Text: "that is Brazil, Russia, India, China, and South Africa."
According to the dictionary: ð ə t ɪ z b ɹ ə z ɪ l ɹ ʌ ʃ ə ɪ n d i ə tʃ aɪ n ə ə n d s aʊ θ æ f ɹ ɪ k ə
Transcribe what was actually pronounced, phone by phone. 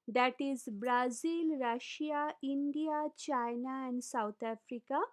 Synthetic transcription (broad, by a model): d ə t ɪ z b ɹ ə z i l ɹ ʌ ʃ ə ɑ n d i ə tʃ aɪ n ə ə n d s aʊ t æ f ɹ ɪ k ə